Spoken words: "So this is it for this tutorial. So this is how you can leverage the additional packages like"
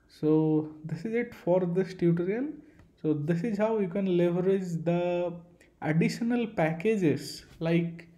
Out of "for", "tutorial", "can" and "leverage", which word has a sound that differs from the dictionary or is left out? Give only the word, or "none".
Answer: tutorial